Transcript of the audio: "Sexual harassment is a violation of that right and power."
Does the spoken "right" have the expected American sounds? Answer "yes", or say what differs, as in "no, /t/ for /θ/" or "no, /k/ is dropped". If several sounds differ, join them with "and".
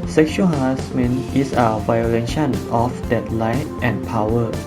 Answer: no, /l/ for /ɹ/